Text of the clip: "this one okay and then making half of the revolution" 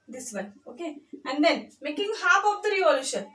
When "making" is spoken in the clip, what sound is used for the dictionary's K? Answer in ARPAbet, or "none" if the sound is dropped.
K